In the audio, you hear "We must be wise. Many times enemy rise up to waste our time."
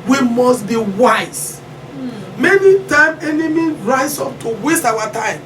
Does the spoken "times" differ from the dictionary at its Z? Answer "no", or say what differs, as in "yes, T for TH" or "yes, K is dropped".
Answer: yes, Z is dropped